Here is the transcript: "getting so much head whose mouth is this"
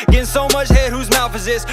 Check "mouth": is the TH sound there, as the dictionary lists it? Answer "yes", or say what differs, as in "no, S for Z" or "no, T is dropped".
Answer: no, F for TH